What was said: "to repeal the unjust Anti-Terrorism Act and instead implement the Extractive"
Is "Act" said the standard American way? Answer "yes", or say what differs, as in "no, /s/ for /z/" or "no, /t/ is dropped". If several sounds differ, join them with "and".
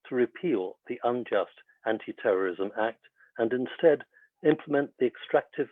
yes